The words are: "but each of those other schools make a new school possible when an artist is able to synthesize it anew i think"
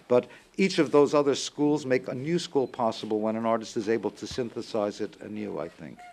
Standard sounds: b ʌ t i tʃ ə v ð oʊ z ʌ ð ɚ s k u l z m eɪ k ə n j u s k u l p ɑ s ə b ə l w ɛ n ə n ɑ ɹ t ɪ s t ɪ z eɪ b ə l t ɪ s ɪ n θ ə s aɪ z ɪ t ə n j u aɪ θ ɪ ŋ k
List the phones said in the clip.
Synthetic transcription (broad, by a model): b ʌ t i tʃ ə v ð oʊ z ʌ ð ɚ s k u l z m eɪ k ə n j u s k u l p ɑ s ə b l w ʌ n ə n ɑ ɹ t ɪ s t ɪ z eɪ b l t ɪ s ɪ n θ ə s aɪ z ɪ t ə n j u aɪ θ ɪ ŋ k